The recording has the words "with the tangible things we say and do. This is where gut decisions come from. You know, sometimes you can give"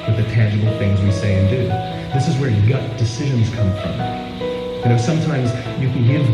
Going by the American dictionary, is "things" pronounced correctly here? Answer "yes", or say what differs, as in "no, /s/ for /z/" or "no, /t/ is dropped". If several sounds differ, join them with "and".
yes